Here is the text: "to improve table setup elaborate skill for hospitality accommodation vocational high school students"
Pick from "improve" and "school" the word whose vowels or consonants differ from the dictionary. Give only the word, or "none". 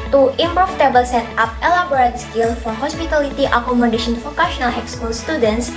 improve